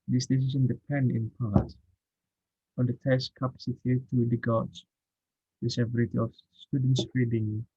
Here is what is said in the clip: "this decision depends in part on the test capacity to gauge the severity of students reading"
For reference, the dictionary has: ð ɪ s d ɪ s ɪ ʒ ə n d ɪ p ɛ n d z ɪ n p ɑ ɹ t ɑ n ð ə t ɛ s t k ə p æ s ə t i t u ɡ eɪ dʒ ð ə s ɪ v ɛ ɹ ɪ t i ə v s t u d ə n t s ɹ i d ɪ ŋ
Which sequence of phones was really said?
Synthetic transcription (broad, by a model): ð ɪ s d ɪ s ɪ s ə n d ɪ p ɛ n d ɪ n p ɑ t ɑ n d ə t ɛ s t k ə p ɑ s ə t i t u ɡ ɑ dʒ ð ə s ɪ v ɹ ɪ t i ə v s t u d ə n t s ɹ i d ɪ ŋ